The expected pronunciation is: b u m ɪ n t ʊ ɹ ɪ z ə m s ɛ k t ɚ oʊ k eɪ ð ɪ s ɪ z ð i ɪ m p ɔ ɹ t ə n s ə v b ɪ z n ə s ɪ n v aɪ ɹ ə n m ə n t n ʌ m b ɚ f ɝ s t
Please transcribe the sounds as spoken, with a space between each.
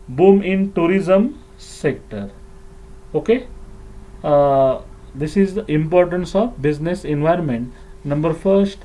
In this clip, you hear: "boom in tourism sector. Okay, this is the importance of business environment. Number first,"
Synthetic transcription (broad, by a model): b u m ɪ n t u ɹ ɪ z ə m s ɛ k t ɚ oʊ k eɪ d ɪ s ɪ z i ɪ m p ɔ ɹ t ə n s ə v b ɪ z n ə s ɪ n v aɪ ɹ ə n m ə n t n ʌ m b ɚ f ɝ s t